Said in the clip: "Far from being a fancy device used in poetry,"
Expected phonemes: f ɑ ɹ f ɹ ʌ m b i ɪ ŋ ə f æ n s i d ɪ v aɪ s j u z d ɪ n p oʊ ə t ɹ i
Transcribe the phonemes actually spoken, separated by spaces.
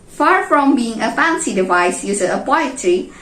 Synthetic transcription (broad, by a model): f ɑ ɹ f ɹ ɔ m b i ɪ ŋ ə f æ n s i d ɪ v aɪ s j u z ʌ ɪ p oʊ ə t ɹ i